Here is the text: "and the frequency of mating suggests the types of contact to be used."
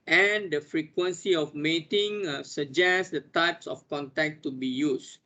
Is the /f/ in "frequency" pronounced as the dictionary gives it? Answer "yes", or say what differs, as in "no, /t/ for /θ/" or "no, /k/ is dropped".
yes